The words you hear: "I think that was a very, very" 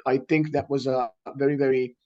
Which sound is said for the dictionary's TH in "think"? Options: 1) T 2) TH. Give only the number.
2